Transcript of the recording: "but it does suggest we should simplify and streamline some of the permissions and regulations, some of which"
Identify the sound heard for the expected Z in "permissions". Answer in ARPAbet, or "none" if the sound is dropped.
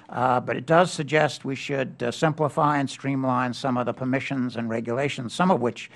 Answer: Z